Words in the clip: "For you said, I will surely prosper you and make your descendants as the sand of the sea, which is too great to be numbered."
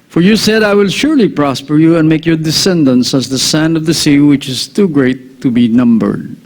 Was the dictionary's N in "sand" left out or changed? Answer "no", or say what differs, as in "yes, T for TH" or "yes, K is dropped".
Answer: no